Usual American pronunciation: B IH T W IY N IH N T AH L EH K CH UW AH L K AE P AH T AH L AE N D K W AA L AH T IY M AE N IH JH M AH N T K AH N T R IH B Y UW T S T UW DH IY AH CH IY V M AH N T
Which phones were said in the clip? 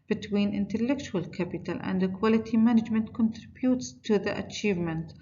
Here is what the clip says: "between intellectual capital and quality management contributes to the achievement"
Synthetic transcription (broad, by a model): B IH T W IY N IH N T AH L EH K CH UW AH L K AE P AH T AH L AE N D K W AA L AH T IY M AE N IH JH M AH N T K AH N T R IH B Y UW T S T UW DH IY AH CH IY V M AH N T